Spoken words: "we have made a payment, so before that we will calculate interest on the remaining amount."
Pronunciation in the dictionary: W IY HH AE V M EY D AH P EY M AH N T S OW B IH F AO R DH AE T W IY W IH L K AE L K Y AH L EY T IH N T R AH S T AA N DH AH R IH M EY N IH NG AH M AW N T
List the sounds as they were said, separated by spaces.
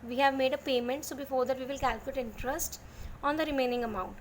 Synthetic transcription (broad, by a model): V IY HH AE V M EY D AH P EY M AH N T S OW B IH F AO R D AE T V IY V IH L K AE L K Y AH L EY T IH N T R AH S T AA N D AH R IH M EY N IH NG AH M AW N T